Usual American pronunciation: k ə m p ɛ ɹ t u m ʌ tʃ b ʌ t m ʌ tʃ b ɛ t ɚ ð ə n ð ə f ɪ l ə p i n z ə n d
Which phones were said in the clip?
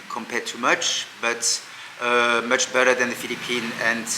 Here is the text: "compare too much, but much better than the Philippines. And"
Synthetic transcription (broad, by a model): k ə m p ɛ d t u m ʌ tʃ b ʌ t m ʌ tʃ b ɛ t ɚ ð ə n ð ə f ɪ l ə p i n ə n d